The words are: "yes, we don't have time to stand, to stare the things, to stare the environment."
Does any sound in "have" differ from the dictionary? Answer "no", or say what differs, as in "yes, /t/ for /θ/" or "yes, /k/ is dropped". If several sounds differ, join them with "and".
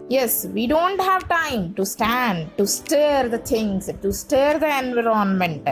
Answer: no